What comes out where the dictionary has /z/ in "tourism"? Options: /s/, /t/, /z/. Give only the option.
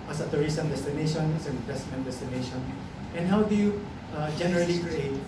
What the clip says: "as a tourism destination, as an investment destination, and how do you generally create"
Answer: /s/